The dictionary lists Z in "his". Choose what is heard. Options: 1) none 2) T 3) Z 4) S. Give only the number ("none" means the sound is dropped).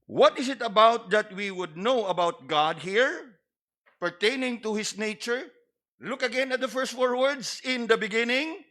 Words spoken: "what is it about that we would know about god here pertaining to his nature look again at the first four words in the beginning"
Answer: 4